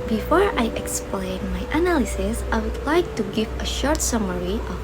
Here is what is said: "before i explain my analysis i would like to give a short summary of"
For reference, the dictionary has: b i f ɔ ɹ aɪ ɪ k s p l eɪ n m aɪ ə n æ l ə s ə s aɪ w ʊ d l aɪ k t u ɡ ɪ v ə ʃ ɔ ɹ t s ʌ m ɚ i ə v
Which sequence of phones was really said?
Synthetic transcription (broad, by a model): b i f ɔ ɹ aɪ ɪ k s p l eɪ n m aɪ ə n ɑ l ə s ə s aɪ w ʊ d l aɪ k t u ɡ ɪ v ə ʃ ɔ ɹ t s ʌ m ɚ i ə